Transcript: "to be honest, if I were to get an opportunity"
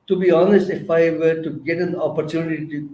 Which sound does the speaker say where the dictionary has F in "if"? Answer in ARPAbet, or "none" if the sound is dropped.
F